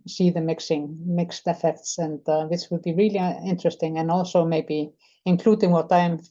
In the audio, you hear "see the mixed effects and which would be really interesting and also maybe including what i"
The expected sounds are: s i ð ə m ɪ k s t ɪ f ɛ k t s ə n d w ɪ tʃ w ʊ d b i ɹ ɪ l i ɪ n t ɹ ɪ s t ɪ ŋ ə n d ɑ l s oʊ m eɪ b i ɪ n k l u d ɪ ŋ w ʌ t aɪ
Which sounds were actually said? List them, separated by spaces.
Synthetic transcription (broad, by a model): s i ð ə m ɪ k s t ɪ f ɛ k t s ə n d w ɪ s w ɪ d b i ɹ ɪ l i ɪ n t ɹ ɪ s t ɪ ŋ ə n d ɑ l s oʊ m eɪ b i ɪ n k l u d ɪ ŋ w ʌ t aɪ